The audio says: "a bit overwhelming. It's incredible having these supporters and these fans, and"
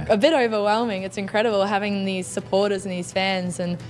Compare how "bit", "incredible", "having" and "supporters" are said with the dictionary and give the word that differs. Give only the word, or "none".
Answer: none